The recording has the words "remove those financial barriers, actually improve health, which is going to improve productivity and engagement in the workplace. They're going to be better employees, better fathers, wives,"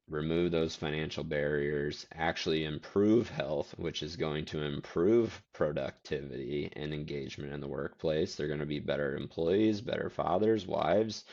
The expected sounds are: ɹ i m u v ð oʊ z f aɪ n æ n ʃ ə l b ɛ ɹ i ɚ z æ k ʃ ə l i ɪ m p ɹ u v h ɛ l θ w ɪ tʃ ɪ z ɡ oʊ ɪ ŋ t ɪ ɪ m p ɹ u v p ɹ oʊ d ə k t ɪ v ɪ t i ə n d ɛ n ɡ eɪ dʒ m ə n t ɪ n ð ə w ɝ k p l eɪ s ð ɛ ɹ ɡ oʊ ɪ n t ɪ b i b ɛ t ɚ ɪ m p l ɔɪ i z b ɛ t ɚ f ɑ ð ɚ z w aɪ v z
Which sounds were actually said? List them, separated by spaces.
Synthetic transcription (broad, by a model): ɹ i m u v ð oʊ z f aɪ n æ n ʃ l b ɛ ɹ i ɚ z æ k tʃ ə l i ɪ m p ɹ u v h ɛ l θ w ɪ tʃ ɪ z ɡ oʊ ɪ ŋ t ɪ ɪ m p ɹ u v p ɹ oʊ d ə k t ɪ v ɪ t i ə n ɛ n ɡ eɪ dʒ m ə n t ɪ n ð ə w ɝ k p l eɪ s ð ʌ ɹ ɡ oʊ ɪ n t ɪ b i b ɛ t ɚ ɪ m p l ɔɪ i z b ɛ t ɚ f ɑ ð ɚ z w aɪ v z